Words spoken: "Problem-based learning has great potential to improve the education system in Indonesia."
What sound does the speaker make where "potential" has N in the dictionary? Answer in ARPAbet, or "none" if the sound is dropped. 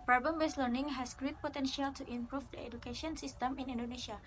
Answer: N